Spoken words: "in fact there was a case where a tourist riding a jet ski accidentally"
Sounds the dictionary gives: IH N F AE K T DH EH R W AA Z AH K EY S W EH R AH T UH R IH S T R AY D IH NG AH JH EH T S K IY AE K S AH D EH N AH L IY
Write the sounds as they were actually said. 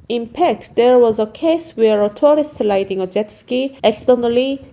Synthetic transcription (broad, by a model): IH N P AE K T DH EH R W AA Z AH K EY S W EH R AH T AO R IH S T L AY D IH NG AH JH EH T S K IY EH K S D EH N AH L IY